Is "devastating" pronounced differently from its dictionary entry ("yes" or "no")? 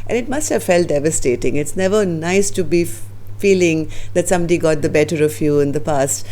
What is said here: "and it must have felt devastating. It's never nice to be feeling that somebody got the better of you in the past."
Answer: no